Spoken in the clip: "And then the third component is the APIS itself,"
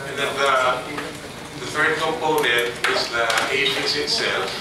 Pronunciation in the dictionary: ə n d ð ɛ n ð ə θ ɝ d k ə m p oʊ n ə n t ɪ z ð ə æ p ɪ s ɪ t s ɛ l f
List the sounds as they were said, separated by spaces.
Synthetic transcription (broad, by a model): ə n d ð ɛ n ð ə θ ɝ d k ə m p oʊ n ə n t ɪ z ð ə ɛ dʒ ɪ s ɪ t s ɛ l f